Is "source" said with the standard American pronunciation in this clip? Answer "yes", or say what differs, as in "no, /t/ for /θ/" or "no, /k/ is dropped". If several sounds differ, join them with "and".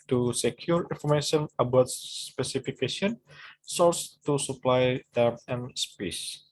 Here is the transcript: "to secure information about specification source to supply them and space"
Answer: no, /l/ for /ɹ/